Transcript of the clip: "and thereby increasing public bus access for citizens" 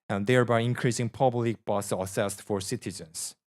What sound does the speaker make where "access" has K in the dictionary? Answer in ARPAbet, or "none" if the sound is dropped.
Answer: none